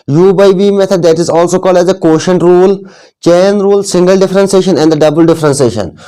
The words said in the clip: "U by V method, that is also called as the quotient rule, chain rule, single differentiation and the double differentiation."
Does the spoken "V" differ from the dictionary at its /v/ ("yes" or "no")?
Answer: yes